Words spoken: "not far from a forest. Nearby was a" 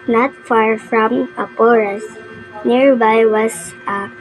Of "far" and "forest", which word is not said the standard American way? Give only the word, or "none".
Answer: forest